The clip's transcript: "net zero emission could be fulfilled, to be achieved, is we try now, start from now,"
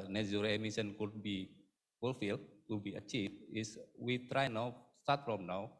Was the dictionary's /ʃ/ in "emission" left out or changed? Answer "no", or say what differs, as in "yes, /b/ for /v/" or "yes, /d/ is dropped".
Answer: yes, /s/ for /ʃ/